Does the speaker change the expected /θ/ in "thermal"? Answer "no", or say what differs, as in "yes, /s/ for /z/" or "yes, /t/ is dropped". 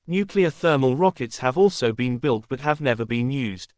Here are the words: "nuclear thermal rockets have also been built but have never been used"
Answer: no